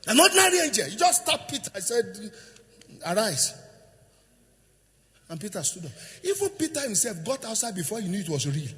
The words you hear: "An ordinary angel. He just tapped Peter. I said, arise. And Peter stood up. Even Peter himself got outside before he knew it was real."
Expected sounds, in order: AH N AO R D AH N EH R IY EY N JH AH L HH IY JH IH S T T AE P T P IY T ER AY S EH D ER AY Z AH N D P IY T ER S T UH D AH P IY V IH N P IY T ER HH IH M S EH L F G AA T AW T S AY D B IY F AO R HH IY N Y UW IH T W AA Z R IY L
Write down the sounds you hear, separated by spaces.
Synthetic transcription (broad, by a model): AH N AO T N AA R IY EY N JH AH L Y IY JH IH S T T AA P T P IY T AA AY S EH D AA AY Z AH N P IY T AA S T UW D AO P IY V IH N P IY T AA HH IH M S EH L F G AA T AW T S AY D B IY F AO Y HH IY N Y UW IH T W AA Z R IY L